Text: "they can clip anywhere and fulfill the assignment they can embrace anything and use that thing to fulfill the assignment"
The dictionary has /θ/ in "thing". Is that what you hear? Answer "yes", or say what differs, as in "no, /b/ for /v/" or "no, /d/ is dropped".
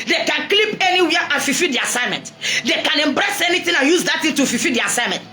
no, /t/ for /θ/